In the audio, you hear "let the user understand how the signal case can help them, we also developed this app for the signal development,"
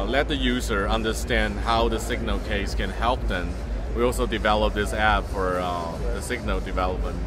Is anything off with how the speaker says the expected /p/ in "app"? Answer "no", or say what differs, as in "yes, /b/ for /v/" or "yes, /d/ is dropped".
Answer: yes, /b/ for /p/